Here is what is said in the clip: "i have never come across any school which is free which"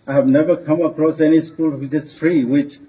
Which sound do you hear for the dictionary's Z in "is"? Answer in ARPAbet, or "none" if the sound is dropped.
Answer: S